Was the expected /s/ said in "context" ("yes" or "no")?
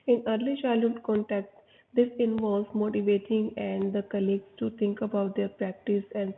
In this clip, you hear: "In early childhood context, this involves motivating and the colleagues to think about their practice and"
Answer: no